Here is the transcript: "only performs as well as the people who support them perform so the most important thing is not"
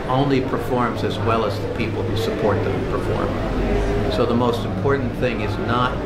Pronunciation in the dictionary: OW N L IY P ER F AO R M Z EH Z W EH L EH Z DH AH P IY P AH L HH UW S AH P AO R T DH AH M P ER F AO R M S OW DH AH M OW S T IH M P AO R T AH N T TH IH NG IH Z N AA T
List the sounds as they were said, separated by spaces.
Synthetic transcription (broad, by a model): OW N L IY P ER F AO R M Z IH Z W EH L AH Z DH AH P IY P L HH UW S AH P AO R T DH AH M P ER F AO R M S OW DH AH M OW S T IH M P AO R T N TH IH NG IH Z N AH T